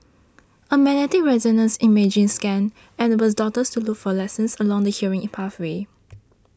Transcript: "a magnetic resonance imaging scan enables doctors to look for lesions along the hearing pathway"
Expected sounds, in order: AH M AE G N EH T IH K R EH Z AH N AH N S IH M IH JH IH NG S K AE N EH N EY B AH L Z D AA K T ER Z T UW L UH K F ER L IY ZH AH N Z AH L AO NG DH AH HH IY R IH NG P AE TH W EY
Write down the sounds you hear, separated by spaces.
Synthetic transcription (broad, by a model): AH M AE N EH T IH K R EH Z AH N AH N S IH M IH JH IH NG S K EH N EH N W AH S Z D AA T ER S T UW L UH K F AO L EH S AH N S AH L AO NG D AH HH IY R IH NG P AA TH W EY